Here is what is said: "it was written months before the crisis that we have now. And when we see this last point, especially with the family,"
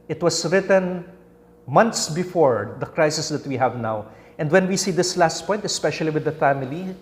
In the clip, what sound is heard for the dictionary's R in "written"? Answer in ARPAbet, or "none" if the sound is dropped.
R